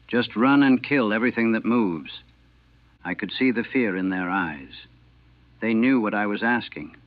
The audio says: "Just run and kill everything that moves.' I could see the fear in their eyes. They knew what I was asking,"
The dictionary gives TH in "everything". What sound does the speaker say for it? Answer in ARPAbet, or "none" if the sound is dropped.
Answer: TH